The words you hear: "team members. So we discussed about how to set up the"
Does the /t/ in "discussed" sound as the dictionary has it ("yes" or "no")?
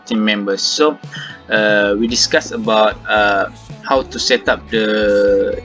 no